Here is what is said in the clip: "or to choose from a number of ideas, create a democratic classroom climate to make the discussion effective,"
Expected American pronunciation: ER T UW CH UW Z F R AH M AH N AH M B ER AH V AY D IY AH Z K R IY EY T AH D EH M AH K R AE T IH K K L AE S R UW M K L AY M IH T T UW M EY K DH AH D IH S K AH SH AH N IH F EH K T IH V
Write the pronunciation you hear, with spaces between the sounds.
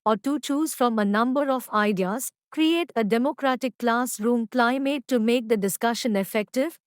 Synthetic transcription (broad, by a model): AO T UW CH UW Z F R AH M AH N AH M B ER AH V AY D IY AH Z K R IY EY T AH D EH M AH K R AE T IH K K L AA S R UW M K L AY M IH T T UW M EY K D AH D IH S K AH SH AH N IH F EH K T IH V